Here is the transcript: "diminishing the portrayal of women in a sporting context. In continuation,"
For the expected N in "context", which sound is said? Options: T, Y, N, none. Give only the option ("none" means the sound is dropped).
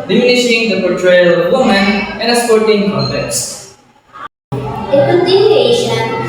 none